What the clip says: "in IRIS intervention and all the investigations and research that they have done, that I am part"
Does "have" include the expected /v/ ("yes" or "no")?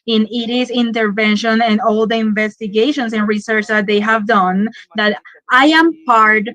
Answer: yes